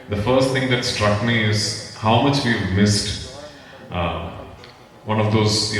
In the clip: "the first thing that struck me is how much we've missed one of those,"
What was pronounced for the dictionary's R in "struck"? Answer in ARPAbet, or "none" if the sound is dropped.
R